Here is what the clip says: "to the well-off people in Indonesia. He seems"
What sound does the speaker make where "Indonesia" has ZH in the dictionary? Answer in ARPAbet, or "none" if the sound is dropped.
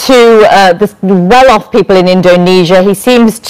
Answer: ZH